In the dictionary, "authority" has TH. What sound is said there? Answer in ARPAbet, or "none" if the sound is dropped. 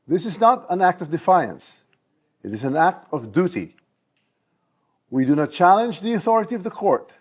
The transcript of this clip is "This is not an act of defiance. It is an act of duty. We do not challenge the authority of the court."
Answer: TH